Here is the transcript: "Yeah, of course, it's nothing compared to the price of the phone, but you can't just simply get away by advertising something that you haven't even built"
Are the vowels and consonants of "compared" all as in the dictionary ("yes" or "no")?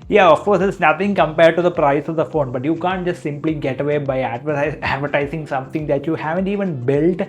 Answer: yes